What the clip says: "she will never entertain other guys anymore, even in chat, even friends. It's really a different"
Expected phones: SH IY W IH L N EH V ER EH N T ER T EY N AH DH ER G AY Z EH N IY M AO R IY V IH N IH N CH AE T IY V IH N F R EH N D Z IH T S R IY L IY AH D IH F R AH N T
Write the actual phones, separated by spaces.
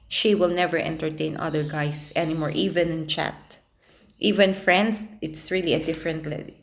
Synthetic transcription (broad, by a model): SH IY W IH L N EH V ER EH N T ER T EY N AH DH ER G AY S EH N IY M AO R IY V IH N IH N CH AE T IY V IH N F R EH N D S IH T S R IY L IY AH D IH F R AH N T